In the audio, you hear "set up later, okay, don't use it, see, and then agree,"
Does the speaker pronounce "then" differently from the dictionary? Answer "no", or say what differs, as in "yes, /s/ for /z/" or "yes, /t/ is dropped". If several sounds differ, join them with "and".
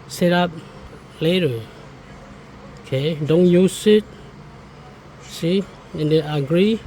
yes, /n/ is dropped